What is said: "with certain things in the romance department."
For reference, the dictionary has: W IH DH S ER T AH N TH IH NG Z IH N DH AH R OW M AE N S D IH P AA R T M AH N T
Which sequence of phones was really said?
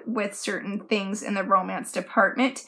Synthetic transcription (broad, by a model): W IH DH S ER T N TH IH NG Z IH N DH AH R OW M AE N S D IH P AA R T M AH N T